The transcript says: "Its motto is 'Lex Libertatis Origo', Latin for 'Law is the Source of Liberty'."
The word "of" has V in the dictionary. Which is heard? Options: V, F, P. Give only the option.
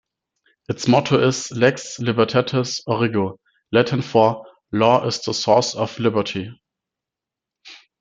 F